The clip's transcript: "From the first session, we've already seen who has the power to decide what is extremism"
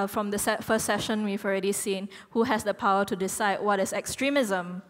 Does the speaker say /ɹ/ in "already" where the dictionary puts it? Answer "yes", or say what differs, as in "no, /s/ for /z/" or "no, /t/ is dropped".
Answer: yes